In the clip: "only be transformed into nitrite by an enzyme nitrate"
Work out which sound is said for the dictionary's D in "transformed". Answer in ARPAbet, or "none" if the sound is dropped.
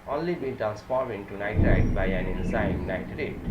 none